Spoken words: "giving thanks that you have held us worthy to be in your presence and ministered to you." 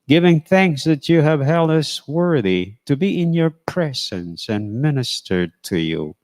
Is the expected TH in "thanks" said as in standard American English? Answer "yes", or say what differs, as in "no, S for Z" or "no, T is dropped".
yes